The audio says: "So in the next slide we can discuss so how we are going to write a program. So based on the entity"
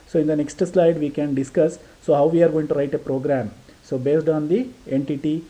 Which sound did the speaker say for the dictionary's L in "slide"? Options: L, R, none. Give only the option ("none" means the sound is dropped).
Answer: L